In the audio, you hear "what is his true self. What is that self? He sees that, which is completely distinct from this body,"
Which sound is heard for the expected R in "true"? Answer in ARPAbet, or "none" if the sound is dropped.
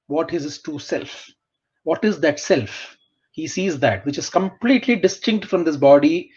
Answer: none